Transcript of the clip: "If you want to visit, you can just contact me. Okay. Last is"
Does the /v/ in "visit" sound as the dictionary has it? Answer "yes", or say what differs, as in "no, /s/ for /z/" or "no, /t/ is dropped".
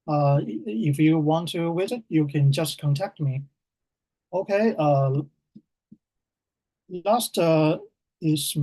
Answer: no, /w/ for /v/